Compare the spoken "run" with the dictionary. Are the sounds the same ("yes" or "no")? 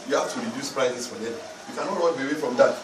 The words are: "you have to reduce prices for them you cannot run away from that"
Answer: no